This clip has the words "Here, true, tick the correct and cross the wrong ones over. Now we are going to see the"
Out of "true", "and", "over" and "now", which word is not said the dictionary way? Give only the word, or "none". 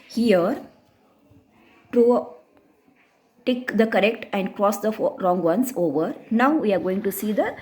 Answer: true